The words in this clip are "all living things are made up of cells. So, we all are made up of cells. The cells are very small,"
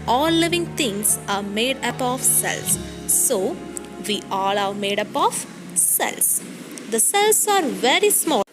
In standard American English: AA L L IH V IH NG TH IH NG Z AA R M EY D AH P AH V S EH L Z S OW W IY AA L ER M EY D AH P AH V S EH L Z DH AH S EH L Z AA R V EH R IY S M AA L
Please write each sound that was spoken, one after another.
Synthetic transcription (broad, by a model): AA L L IH V IH NG T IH NG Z AA R M EY D AH P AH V S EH L S OW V IY AA L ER M EY D AH P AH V S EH L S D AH S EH L S AA R V EH R IY S M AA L